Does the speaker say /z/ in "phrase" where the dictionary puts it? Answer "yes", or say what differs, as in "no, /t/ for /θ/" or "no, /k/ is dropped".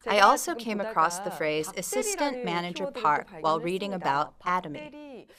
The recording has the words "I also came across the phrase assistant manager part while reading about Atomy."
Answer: yes